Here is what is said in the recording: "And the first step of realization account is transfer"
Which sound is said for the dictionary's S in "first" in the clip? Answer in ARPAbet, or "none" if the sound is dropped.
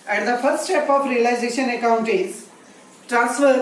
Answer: S